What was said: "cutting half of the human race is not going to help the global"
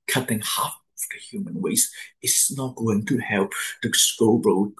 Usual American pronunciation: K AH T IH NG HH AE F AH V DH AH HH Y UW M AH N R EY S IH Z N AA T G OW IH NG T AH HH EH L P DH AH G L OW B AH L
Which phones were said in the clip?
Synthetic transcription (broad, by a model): K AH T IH NG HH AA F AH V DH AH HH Y UW M AH N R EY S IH S N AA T G OW IH NG T AH HH EH L P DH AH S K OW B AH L